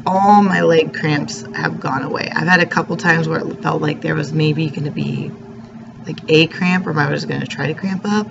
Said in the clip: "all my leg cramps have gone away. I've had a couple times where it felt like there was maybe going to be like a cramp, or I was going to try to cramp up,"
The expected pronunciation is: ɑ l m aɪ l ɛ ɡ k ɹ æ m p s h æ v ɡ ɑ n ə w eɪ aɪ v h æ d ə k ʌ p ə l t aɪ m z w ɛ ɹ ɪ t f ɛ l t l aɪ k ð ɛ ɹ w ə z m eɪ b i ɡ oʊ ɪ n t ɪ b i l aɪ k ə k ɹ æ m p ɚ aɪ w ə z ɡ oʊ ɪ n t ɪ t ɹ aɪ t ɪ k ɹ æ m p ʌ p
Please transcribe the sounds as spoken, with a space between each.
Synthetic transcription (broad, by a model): ɑ l m aɪ l ɛ ɡ k ɹ æ m p s h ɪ v ɡ ɑ n ə w eɪ aɪ v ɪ d ə k ʌ p l t aɪ m z w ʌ ɹ ɪ t f ɛ l t l aɪ k ð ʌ ɹ w ə z m eɪ b i ɡ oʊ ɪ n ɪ b i l aɪ k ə k ɹ æ m p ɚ aɪ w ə z ɡ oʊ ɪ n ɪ t ɹ aɪ t ɪ k ɹ æ m p ʌ p